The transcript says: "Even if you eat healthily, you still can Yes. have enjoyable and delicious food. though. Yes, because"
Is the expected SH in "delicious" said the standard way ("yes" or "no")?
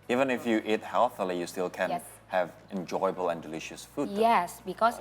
yes